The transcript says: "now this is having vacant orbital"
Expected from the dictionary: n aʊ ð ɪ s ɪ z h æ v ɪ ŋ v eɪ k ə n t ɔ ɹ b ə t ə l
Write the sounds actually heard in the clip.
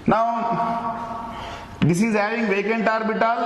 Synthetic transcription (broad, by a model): n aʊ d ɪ s ɪ z h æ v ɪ ŋ v eɪ k ə n t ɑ ɹ b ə t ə l